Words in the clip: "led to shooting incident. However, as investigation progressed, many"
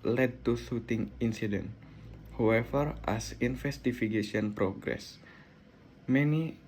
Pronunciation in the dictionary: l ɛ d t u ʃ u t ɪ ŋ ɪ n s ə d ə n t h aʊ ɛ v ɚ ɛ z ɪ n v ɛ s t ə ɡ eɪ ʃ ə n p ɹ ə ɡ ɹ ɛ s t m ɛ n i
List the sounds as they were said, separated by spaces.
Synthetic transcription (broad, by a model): l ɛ d t u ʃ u t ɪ ŋ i n s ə d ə n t h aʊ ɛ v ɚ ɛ s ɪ n f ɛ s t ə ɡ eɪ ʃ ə n p ɹ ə ɡ ɹ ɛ s m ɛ n i